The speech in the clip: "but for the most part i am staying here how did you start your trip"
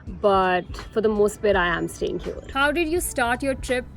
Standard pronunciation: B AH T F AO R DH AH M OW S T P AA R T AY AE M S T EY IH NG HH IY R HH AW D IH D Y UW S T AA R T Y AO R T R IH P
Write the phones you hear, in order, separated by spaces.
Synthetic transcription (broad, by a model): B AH T F AO R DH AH M OW S T B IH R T AY AE M S T EY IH NG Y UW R HH AW D IH D Y UW S T AA R T Y AO R T R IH P